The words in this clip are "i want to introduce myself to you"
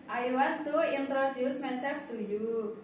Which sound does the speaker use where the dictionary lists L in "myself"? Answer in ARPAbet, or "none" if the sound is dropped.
none